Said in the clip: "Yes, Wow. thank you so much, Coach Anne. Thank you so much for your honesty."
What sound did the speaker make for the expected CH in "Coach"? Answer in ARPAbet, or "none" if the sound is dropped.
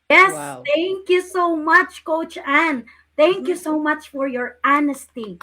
CH